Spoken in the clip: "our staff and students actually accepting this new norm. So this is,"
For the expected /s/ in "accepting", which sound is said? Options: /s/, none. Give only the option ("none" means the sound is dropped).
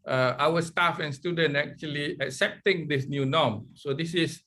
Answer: /s/